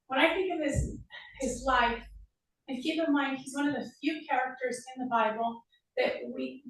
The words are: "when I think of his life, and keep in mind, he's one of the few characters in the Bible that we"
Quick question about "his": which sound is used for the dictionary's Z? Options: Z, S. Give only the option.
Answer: Z